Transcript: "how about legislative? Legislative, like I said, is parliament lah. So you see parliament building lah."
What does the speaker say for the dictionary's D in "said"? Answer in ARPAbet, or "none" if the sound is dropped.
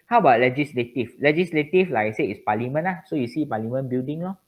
none